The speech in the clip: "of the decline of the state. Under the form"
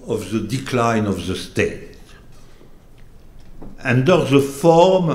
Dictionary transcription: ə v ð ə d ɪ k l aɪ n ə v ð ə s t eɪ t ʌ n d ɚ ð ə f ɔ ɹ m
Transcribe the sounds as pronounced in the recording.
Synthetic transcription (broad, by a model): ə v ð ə d ɪ k l aɪ n ə v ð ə s t eɪ t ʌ n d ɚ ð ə f ɔ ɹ m